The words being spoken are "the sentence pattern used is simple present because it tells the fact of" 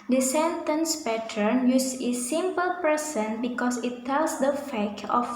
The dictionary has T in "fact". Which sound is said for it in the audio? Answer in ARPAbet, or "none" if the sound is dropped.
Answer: none